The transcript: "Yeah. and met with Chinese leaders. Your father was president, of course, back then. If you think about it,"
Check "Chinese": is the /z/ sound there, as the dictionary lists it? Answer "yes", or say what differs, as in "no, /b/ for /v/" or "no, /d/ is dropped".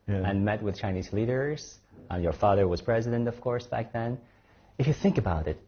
yes